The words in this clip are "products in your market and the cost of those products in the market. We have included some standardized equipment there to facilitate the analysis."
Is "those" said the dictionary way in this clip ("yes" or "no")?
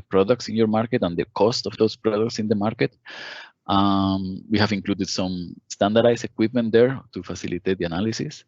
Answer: no